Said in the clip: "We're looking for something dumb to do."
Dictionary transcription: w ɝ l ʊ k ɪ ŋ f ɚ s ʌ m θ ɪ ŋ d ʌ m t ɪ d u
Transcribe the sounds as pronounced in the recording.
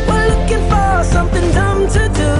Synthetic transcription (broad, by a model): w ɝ l ʊ k ɪ ŋ f ɚ s ʌ m θ ɪ ŋ d ʌ m t ɪ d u